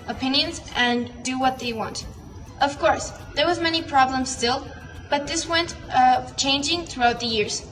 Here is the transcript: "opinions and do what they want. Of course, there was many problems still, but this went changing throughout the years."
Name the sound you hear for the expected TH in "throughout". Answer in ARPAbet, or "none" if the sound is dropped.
TH